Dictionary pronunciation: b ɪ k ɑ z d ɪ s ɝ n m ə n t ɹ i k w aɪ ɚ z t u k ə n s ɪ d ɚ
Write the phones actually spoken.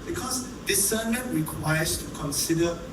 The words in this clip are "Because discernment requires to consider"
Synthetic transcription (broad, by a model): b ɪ k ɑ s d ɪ s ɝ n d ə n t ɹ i k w aɪ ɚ s t u k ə n s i d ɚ